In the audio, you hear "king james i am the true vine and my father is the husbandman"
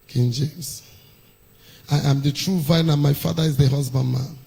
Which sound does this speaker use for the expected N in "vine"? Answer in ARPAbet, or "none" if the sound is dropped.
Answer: N